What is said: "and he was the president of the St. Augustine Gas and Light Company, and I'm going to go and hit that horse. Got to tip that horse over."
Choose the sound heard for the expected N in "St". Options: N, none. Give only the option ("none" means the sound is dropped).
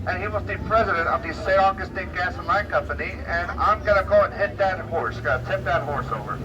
none